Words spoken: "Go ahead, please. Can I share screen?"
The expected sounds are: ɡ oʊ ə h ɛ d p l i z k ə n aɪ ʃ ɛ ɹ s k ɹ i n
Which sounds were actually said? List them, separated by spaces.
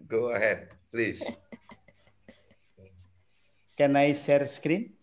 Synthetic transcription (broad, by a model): ɡ oʊ ə h ɛ d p l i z k ə n aɪ s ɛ ɹ s k ɹ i n